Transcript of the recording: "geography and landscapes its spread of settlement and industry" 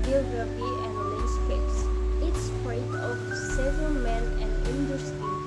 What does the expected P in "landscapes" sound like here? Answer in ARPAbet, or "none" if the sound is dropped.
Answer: none